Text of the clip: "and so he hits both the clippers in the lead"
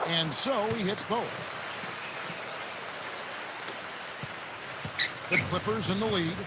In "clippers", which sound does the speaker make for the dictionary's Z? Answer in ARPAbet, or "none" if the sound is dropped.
Z